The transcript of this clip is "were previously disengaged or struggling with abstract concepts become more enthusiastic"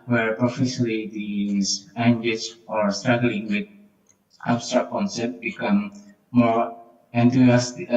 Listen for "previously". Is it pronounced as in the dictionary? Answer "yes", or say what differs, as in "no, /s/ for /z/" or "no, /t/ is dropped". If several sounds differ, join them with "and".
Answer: no, /f/ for /v/